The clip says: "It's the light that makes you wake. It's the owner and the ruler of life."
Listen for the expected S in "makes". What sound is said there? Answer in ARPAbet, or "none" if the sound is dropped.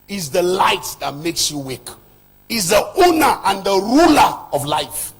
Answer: S